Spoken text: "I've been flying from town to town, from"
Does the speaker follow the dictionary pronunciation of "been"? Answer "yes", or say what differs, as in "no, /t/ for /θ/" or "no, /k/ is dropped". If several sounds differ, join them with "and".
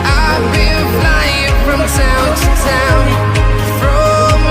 no, /l/ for /n/